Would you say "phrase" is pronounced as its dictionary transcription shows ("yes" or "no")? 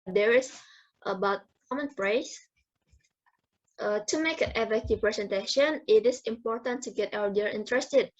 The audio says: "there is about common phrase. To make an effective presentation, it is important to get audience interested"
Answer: no